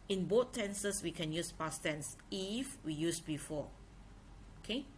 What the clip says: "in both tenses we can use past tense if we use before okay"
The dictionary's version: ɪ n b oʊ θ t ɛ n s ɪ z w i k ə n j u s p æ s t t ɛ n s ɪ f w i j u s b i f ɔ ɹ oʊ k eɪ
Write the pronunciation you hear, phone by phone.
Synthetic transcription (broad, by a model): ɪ n b oʊ t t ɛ n s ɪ s w i k ə n j u s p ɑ s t t ɛ n s ɪ f w i j u s b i f ɔ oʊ k eɪ